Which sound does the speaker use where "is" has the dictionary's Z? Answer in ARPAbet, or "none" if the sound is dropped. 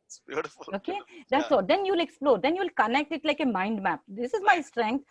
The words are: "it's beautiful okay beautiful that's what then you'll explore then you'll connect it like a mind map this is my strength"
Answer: Z